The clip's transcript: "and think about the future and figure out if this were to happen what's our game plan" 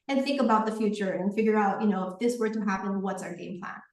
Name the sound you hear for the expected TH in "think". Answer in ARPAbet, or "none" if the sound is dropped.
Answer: TH